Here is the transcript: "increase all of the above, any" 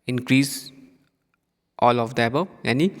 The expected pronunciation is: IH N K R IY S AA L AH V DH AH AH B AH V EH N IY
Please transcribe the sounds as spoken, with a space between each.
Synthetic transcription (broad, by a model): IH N K R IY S AA L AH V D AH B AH EH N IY